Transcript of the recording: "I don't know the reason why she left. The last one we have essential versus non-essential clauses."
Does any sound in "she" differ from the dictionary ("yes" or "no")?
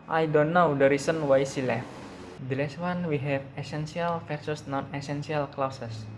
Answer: yes